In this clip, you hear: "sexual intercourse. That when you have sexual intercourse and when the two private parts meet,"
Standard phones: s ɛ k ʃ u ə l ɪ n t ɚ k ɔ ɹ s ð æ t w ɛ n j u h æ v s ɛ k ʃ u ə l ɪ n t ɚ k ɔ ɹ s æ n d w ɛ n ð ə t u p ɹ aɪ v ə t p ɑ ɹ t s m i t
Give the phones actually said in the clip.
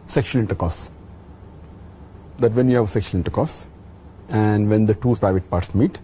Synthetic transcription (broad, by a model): s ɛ k ʃ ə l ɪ n t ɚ k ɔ s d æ t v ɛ n j u h æ v s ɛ k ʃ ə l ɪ n t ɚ k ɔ s æ n d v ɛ n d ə t u p ɹ aɪ v ə t p ɑ ɹ t s m i t